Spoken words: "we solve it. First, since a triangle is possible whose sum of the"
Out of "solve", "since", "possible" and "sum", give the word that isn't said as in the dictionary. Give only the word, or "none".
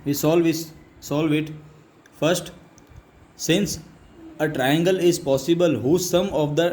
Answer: none